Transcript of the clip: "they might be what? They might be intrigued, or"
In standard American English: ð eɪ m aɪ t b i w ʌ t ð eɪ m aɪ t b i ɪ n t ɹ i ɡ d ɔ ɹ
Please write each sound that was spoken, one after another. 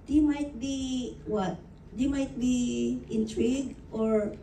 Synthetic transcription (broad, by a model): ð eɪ m aɪ t b i w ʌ t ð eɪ m aɪ t b i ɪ n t ɹ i ɡ ɔ ɹ